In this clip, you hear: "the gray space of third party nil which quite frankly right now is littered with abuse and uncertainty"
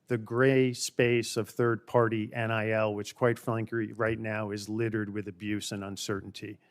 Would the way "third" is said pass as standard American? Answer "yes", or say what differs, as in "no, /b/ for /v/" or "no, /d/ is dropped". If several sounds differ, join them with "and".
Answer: yes